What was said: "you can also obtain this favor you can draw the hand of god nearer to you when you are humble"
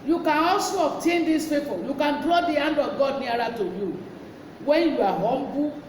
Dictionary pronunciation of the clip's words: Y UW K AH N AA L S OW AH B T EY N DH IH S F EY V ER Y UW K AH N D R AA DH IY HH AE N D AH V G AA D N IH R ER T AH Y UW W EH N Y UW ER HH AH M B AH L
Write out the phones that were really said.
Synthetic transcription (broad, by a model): Y UW K AH N AA L S OW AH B T EY N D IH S P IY P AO Y UW K AH N D R AA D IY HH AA N D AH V G AA D N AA R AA T AH Y UW W EH N Y UW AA HH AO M B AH